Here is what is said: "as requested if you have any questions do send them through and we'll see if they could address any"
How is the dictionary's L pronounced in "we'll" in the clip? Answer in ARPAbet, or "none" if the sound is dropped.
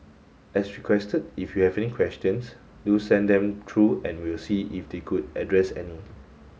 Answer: L